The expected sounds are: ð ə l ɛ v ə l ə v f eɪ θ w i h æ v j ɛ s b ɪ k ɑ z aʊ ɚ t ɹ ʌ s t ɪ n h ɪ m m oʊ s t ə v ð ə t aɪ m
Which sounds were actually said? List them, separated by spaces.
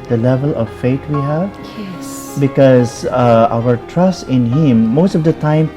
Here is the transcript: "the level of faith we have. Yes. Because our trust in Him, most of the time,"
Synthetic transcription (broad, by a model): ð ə l ɛ v ə l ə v f eɪ t w i h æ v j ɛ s b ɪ k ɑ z aʊ ɚ t ɹ ʌ s t ɪ n h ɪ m m oʊ s t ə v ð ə t aɪ m